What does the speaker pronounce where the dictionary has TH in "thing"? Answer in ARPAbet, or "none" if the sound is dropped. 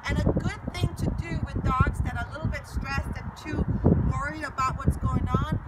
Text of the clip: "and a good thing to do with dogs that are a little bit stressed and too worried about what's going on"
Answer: TH